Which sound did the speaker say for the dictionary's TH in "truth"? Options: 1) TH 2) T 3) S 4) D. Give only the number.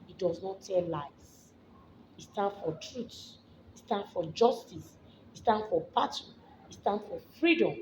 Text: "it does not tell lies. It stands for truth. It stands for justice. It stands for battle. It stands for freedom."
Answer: 3